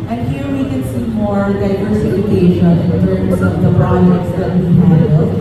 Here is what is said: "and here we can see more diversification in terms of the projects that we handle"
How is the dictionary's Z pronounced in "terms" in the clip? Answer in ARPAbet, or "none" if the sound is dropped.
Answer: S